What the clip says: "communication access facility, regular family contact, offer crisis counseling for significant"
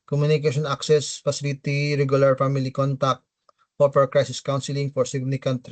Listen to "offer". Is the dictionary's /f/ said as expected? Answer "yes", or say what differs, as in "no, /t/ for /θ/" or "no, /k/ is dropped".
no, /p/ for /f/